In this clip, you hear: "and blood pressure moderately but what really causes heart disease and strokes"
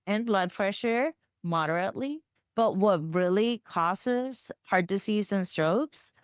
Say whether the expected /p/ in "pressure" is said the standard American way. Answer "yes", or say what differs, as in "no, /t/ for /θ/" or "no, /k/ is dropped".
no, /f/ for /p/